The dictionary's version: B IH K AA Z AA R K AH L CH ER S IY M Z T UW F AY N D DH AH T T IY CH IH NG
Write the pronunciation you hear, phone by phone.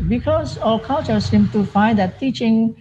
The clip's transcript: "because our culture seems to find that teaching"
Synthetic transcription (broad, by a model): B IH K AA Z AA L K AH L CH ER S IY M T UW F AY N D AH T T IY CH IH NG